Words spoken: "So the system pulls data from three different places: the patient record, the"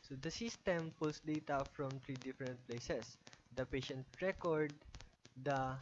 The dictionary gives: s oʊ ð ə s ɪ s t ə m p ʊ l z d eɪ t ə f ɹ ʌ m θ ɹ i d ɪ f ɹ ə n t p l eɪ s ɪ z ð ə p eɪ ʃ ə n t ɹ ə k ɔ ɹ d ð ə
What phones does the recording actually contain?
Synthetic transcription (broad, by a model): s oʊ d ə s ɪ s t ə m p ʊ l s d eɪ t ə f ɹ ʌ m t ɹ i d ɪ f ɹ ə n t p l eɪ s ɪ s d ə p eɪ ʃ ə n t ɹ ə k ɔ ɹ d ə